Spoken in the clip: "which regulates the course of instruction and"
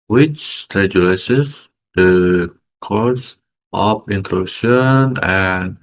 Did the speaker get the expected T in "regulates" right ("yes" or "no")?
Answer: no